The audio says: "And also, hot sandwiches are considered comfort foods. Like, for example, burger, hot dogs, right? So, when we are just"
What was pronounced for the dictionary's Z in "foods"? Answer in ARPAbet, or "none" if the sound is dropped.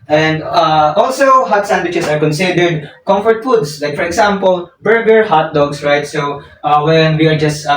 S